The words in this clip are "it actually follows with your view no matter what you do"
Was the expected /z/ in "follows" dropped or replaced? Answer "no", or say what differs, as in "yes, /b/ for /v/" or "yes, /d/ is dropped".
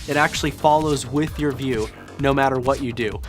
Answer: no